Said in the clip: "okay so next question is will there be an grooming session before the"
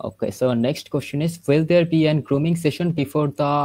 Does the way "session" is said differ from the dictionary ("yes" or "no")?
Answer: no